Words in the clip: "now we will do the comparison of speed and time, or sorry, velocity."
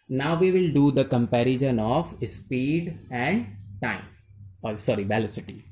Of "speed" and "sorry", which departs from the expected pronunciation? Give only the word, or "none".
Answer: none